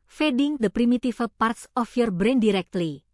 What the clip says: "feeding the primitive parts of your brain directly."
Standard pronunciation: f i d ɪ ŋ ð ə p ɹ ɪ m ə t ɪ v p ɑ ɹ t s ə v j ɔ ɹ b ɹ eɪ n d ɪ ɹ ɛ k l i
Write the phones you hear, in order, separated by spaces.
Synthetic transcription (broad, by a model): f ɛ d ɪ ŋ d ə p ɹ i m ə t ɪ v p ɑ ɹ t s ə f j ɔ ɹ b ɹ eɪ n d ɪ ɹ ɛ k l i